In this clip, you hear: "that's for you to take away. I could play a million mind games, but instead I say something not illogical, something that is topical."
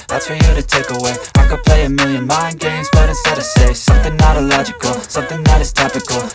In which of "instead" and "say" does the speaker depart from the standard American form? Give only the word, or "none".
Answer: instead